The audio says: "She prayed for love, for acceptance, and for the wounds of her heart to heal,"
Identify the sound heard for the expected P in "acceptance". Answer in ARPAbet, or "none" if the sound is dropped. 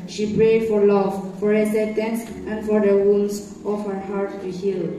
none